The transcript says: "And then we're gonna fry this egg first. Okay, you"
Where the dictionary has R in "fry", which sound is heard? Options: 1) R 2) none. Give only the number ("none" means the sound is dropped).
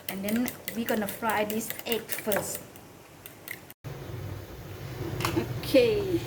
1